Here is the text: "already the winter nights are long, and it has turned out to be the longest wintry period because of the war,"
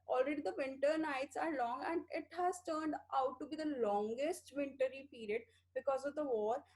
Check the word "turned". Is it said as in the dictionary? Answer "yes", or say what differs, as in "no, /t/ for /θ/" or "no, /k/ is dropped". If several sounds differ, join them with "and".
yes